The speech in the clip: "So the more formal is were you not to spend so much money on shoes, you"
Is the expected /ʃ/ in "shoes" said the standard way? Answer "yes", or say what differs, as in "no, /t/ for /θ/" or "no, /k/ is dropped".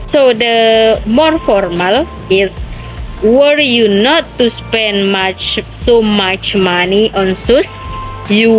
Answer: no, /s/ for /ʃ/